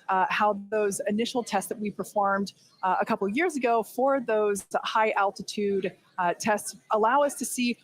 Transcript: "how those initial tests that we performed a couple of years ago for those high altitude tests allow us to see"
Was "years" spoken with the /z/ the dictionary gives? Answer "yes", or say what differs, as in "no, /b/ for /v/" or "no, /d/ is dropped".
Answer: yes